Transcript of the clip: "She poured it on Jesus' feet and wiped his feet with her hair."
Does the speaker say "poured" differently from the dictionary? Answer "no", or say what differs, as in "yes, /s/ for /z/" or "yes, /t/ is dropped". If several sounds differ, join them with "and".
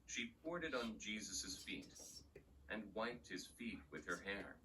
no